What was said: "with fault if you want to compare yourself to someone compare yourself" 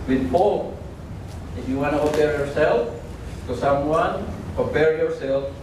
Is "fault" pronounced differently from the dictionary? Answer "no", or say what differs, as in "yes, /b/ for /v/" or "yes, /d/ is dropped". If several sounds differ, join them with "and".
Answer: yes, /t/ is dropped